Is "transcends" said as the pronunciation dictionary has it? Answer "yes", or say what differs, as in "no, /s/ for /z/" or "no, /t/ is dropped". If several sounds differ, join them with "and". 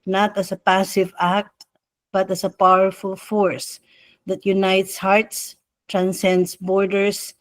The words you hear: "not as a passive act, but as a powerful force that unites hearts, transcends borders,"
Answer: no, /s/ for /z/